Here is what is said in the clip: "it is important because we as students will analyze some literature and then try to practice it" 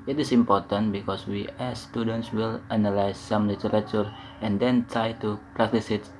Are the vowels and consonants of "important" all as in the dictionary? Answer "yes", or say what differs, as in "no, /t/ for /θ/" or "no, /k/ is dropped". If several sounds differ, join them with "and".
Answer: yes